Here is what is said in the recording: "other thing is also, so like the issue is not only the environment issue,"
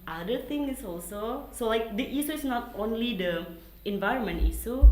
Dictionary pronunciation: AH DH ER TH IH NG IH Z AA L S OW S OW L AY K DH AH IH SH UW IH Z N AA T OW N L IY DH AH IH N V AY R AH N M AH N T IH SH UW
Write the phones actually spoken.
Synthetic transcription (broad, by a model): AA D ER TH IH NG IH S AA L S OW S OW L AY K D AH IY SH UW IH S N AA T OW N L IY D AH IH N V AY R AH N M AH N T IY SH UW